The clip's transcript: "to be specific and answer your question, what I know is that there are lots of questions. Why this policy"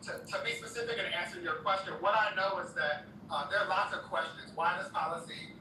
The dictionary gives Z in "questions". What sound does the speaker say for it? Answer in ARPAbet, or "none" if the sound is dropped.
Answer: Z